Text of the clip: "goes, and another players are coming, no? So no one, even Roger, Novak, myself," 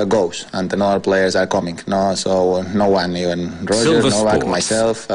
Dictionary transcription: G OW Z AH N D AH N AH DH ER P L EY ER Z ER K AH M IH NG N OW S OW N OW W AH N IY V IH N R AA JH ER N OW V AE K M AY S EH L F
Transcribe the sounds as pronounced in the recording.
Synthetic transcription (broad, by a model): G OW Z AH N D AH N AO ER P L EY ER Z ER K AH M IH NG N OW S OW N OW W AH N IY V IH N R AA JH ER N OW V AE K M AY S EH L F